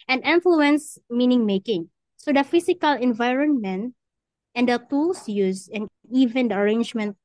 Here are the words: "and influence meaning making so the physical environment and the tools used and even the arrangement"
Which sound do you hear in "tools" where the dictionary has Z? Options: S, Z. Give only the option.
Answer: S